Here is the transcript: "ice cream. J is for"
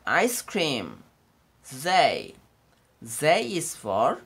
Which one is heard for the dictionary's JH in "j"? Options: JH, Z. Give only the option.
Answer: Z